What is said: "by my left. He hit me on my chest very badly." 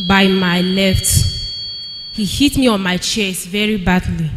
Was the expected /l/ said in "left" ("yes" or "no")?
no